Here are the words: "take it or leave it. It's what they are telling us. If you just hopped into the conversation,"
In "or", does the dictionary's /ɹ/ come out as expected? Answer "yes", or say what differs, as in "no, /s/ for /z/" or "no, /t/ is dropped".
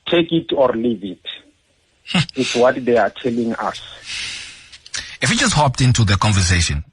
yes